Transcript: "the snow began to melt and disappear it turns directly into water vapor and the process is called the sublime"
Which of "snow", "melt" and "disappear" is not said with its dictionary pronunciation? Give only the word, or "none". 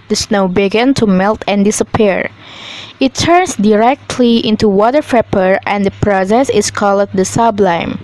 none